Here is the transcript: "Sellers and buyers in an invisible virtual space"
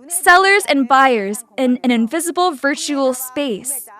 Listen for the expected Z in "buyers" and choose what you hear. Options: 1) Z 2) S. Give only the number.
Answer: 1